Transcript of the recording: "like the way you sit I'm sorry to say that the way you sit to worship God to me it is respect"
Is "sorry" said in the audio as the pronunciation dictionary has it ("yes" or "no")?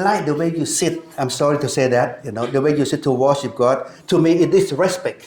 yes